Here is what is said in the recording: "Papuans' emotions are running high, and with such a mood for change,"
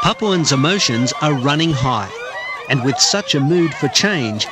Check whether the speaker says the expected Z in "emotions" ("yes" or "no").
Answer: yes